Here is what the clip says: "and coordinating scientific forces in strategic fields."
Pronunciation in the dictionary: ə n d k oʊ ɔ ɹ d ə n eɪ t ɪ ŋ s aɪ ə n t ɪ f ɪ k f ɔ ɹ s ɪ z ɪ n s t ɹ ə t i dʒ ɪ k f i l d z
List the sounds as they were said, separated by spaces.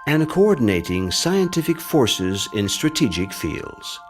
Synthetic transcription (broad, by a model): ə n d k oʊ ɔ ɹ d n eɪ t ɪ ŋ s aɪ ə n t ɪ f ɪ k f ɔ ɹ s ɪ z ɪ n s t ɹ ə t i dʒ ɪ k f i l d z